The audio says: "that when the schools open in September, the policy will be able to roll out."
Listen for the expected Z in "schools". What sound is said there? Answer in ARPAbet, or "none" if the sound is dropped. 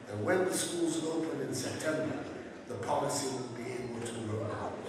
Z